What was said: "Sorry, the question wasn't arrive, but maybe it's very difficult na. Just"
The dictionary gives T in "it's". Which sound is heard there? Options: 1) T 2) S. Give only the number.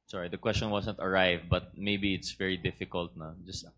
1